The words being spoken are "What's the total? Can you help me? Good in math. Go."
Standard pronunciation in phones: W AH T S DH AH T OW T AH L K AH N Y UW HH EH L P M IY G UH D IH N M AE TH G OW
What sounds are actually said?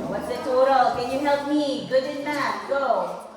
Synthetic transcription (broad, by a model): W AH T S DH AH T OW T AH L K AH N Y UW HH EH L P M IY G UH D IH N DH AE T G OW